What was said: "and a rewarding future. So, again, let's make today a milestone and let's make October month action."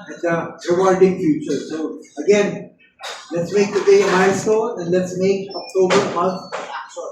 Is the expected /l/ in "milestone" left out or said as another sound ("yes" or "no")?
yes